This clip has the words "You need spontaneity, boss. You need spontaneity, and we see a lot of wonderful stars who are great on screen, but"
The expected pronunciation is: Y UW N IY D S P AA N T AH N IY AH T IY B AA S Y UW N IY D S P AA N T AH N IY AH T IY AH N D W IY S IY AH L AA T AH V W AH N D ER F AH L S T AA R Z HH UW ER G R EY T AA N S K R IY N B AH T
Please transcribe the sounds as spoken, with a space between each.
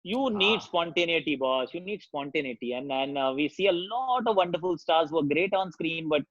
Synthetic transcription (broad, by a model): Y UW N IY D S P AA N T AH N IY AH T IY B AA S Y UW N IY D S P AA N T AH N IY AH T IY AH N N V IY S IY AH L AA T AH V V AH N D ER F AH L S T AA R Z HH UW ER G R EY T AA N S K R IY N B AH T